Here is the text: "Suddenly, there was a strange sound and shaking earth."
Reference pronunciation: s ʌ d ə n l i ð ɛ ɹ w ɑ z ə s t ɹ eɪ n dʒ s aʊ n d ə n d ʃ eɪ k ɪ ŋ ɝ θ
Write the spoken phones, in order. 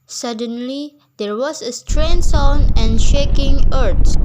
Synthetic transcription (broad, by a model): s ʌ d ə n l i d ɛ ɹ w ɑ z ə s t ɹ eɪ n s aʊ n ə n ʃ eɪ k ɪ ŋ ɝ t